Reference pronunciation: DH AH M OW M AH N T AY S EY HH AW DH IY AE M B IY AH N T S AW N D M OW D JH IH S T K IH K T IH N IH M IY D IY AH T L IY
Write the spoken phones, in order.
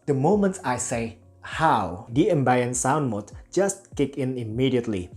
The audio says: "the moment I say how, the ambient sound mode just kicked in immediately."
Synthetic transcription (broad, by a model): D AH M OW M AH N T AY S EY HH AW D IY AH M B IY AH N S AW N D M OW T JH IH S T K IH K IH N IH M IY D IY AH T L IY